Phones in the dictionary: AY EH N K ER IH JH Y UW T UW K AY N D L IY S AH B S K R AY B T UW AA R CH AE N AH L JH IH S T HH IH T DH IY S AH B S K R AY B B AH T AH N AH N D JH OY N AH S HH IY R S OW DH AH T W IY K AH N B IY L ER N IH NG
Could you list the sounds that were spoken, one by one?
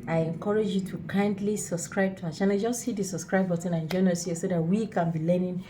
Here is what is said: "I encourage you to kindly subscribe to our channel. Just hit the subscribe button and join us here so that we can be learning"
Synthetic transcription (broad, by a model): AY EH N K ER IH JH Y UW T UW K AY N D L IY S AH B S K R AY B T UW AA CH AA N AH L JH IH S T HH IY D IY S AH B S K R AY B B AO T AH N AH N JH OY N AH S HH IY S OW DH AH T W IY K AH N B IY L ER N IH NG